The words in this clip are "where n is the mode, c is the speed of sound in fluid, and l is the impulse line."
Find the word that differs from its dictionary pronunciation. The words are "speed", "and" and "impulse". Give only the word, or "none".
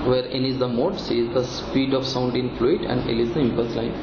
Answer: impulse